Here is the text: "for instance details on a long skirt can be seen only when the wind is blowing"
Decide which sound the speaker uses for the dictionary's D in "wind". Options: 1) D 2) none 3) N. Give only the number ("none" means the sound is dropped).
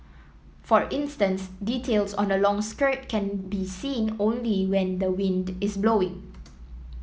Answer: 1